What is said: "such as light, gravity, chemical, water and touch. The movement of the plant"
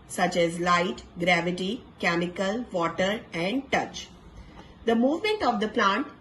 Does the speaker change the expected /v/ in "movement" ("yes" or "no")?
no